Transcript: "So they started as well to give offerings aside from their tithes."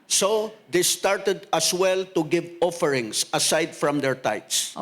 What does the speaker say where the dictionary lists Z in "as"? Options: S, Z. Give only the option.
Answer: S